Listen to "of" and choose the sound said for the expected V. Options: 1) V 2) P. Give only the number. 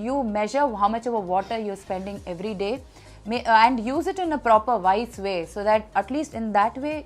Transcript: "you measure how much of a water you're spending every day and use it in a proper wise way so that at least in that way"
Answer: 1